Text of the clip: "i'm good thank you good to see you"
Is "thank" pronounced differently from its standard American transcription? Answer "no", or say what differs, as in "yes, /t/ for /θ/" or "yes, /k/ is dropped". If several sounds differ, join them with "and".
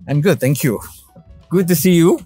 yes, /t/ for /θ/